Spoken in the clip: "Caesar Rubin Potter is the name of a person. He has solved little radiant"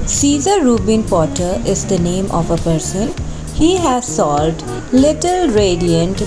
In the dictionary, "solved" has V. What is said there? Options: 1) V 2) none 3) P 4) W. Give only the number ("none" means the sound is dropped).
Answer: 2